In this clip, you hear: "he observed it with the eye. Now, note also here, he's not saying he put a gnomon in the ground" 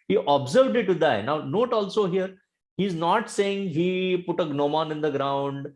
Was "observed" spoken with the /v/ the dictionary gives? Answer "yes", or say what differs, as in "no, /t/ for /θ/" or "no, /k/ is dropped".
yes